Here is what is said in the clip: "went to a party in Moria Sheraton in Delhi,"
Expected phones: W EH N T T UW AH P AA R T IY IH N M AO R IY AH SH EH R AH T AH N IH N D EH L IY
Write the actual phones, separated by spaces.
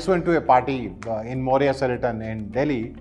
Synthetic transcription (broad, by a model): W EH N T T UW AH P AA R T IY IH N M AO R IY AH S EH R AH T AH N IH N D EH L IY